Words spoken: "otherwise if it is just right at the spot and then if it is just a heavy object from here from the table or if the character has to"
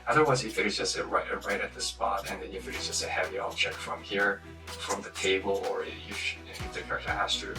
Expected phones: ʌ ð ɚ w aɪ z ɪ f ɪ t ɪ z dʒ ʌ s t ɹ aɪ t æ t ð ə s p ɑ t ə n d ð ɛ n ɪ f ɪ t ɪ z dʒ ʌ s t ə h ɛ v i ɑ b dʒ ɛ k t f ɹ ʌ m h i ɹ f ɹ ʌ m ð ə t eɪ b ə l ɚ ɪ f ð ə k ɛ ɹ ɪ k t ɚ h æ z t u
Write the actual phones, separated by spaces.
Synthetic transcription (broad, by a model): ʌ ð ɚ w aɪ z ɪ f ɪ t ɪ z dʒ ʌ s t ɹ aɪ t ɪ t ð ə s p ɑ t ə n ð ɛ n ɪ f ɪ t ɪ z dʒ ʌ s t ə h ɛ v i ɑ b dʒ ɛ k f ɹ ʌ m h i ɹ f ɹ ʌ m ð ə t eɪ b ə l ɚ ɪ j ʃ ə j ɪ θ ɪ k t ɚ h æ s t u